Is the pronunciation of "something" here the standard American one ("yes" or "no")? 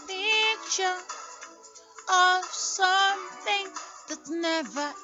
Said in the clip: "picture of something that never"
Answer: yes